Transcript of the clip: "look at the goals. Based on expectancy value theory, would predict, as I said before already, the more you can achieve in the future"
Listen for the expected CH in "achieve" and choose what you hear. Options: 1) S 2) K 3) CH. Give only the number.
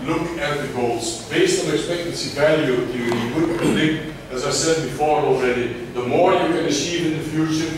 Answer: 1